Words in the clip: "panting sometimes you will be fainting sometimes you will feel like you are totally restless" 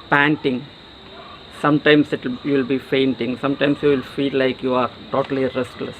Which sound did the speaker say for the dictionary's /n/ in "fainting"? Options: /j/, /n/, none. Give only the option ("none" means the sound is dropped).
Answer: /n/